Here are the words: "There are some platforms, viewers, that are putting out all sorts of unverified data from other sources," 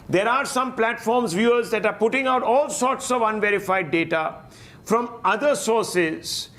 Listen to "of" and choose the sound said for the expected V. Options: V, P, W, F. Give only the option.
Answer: V